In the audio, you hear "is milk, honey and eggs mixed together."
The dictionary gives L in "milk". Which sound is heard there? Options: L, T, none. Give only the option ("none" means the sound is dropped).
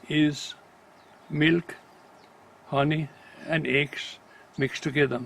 L